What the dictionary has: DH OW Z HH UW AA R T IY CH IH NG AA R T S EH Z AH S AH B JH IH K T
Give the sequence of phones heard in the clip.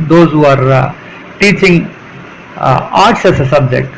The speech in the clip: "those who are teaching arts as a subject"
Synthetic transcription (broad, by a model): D OW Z HH UW AA R T IY CH IH NG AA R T S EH S AH S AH B JH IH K T